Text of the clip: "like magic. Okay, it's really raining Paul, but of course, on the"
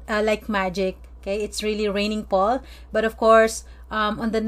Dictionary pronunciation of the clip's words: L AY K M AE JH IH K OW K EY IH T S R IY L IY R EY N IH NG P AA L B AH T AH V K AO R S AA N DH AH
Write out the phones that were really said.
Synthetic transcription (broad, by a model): L AY K M AE JH IH K OW K EY IH T S R IY L IY R EY N IH NG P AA L B AH T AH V K AO R S AA N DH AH